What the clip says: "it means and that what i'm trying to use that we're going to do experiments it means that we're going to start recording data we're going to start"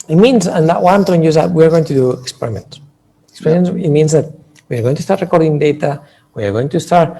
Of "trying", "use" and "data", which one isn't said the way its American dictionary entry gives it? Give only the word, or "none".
trying